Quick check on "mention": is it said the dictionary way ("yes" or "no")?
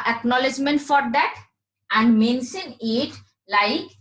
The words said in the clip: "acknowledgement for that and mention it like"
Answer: no